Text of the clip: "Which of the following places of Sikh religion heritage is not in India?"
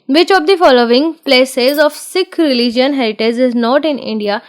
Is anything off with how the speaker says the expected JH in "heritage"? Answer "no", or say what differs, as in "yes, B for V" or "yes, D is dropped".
yes, Z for JH